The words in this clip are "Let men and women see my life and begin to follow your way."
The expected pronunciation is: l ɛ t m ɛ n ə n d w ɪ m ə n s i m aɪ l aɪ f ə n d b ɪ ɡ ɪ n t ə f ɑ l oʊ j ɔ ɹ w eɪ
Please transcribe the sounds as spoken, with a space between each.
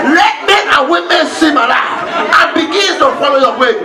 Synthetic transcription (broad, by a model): l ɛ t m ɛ ə w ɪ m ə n s i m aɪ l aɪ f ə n b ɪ ɡ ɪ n t ə f ɑ l oʊ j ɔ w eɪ